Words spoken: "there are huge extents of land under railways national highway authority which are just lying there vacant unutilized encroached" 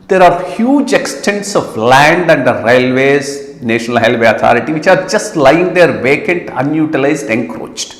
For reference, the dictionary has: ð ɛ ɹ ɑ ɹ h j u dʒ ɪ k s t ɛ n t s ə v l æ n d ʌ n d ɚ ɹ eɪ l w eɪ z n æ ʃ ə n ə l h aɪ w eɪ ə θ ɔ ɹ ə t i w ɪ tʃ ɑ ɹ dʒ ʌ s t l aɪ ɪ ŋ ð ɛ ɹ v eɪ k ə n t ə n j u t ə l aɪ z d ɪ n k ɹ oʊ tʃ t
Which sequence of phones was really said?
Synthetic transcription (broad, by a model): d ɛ ɹ ɑ ɹ h j u dʒ ɪ k s t ɛ n t s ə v l æ n d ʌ n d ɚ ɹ eɪ l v eɪ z n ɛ ʃ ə n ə l h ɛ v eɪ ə t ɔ ɹ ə t i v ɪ tʃ ɑ ɹ dʒ ʌ s t l aɪ ɪ ŋ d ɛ ɹ v eɪ k ə n t ə n j u t ə l aɪ z d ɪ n k ɹ oʊ tʃ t